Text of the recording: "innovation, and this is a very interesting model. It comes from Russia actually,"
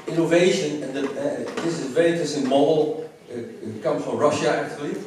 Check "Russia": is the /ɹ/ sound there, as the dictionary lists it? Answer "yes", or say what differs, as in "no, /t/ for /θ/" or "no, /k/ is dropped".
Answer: yes